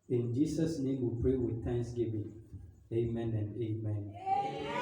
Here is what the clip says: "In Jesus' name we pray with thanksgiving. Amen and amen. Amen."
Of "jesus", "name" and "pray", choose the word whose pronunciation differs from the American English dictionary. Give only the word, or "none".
jesus